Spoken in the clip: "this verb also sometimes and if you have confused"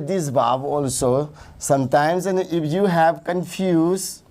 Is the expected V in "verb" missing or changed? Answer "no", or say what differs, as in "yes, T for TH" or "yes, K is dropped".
yes, B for V